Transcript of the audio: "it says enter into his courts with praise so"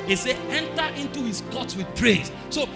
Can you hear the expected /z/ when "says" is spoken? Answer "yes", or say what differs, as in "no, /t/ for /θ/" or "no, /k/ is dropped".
no, /z/ is dropped